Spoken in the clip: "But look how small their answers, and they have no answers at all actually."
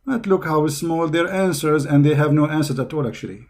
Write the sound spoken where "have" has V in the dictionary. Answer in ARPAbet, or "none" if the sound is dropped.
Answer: V